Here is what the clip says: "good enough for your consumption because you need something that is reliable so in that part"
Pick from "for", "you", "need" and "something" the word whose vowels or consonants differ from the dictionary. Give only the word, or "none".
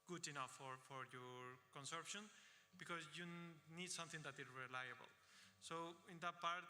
something